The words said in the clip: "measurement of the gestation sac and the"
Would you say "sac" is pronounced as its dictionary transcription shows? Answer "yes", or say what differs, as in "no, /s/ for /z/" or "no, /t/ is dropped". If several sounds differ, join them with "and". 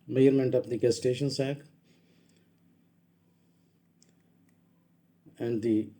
yes